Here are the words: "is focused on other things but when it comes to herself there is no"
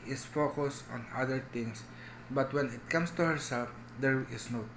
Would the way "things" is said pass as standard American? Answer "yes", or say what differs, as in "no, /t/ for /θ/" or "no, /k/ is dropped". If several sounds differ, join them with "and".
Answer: no, /t/ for /θ/ and /s/ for /z/